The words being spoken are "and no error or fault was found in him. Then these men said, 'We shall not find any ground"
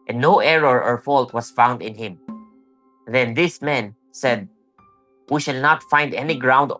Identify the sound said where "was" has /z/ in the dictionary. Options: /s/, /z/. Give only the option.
/s/